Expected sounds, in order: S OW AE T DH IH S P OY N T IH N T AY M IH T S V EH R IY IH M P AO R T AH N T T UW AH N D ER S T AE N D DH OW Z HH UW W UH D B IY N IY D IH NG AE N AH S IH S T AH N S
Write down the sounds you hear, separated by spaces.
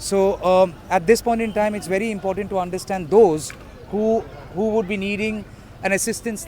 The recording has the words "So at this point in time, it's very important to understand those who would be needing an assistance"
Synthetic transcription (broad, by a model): S OW AE T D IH S P OY N T IH N T AY M IH T S V EH R IY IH M P AO R T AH N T T UW AH N D ER S T AE N D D OW Z HH UW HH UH D B IY N IY D IH NG AE N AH S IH S T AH N S